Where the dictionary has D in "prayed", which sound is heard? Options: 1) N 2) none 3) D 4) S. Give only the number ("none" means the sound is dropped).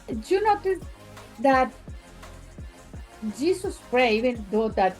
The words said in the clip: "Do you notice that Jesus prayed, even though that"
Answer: 2